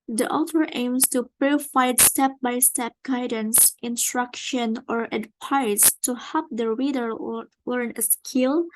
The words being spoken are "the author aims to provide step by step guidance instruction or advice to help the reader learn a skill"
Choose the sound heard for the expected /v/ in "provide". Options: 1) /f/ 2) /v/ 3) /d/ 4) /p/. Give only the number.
1